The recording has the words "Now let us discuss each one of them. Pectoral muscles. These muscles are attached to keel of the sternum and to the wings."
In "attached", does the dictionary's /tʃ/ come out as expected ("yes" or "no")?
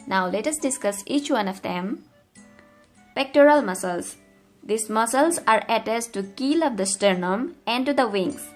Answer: no